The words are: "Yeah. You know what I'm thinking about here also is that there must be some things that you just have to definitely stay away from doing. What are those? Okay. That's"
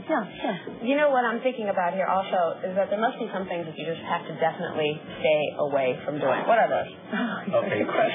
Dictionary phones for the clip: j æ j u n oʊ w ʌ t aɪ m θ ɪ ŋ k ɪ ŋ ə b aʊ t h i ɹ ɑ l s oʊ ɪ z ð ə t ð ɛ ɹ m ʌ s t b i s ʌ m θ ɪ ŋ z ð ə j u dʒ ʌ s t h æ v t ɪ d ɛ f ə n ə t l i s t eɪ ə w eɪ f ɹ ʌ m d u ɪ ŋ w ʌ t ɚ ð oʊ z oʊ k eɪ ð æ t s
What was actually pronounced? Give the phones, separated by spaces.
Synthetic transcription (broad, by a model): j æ j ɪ n oʊ w ʌ t aɪ m θ ɪ ŋ k ɪ ŋ ə b aʊ t h i ɹ ɑ l s oʊ ɪ z ð ə t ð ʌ ɹ m ʌ s t b i s ʌ m θ ɪ ŋ z ð ə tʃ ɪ dʒ ʌ s t h æ f t ɪ d ɛ f ə n ə t l i s t eɪ ə w eɪ f ɹ ʌ m d u ɪ ŋ w ʌ t ɚ ð oʊ z oʊ k eɪ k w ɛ